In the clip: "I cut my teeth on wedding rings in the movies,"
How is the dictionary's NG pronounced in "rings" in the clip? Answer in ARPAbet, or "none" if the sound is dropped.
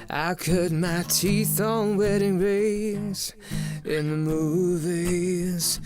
none